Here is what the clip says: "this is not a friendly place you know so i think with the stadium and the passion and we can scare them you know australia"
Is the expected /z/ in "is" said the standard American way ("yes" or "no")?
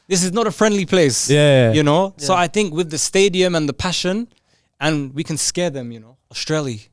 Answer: yes